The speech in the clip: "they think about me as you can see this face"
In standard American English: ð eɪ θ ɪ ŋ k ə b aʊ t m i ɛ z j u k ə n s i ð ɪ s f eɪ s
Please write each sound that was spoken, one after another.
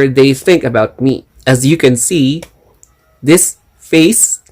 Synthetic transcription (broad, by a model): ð eɪ θ ɪ ŋ k ə b aʊ t m i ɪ z j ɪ k ə n s i ð ɪ s f eɪ s